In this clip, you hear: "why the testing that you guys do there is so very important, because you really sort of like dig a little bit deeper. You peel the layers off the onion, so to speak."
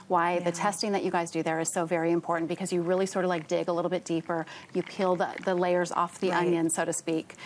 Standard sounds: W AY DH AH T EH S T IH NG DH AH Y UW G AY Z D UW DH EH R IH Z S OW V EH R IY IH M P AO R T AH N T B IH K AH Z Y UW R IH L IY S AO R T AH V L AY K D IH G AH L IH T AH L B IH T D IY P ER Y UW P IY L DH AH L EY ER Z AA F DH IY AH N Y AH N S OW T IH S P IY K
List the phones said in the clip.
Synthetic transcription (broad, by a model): W AY DH AH T EH S T IH NG DH AH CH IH G AY Z D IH DH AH R IH Z S OW V EH R IY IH M P AO R T N B IH K AH Z Y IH R IH L IY S AO R T AH V L AY K D IH G AH L IH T L B IH T D IY P ER Y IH P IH L DH AH L EY ER Z AA F DH IY AH N Y AH N S OW T IH S P IY K